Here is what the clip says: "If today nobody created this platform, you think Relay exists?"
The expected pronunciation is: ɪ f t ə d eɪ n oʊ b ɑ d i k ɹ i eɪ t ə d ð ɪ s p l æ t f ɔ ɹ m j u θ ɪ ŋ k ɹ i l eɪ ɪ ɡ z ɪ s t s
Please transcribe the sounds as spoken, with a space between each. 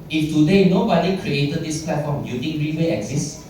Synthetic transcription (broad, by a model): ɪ f t ə d eɪ n oʊ b ɑ d i k ɹ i eɪ t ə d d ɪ s p l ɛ t f ɔ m j u t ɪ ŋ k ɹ i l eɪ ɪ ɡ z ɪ s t